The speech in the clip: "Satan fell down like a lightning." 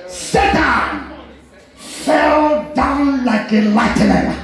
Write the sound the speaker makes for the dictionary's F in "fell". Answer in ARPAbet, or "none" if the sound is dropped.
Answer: F